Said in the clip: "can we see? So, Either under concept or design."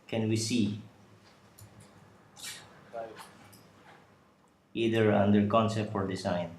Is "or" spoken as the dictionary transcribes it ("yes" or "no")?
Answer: yes